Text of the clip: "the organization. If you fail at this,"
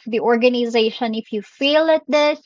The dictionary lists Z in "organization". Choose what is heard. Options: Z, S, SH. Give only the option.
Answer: Z